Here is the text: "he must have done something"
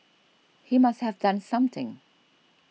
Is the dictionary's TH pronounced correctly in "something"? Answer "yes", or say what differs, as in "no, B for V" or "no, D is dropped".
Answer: yes